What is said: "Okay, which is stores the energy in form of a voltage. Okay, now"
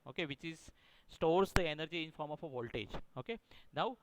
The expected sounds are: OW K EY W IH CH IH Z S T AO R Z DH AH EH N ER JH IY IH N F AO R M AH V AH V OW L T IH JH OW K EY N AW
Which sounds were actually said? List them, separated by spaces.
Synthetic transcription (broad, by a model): OW K EY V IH CH IH Z S T AO R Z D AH EH N ER JH IY IH N F AO R M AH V AH V OW L T IH JH OW K EY N AW